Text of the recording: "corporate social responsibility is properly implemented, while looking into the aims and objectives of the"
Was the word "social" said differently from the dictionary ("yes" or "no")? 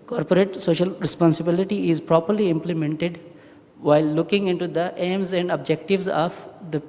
no